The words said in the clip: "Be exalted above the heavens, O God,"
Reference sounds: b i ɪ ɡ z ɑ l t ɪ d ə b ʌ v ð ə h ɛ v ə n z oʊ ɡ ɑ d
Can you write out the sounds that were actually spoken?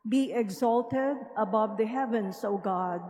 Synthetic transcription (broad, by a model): b i ɪ ɡ z ɑ l t ɪ d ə b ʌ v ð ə h ɛ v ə n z oʊ ɡ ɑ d